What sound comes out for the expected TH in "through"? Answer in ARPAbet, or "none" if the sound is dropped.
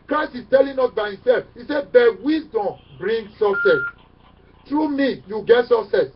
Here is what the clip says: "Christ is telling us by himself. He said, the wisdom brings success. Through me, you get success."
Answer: T